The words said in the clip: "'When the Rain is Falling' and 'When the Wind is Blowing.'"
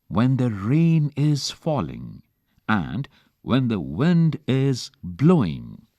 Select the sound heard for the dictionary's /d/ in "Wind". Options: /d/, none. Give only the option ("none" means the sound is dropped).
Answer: /d/